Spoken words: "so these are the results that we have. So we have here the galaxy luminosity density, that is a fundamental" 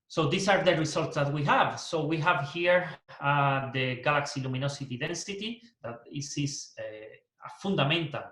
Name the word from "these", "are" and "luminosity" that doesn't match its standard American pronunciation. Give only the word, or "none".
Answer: these